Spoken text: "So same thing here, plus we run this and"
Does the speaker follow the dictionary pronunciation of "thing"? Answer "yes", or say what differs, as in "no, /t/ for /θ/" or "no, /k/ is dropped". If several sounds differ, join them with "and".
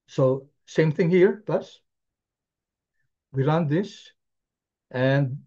yes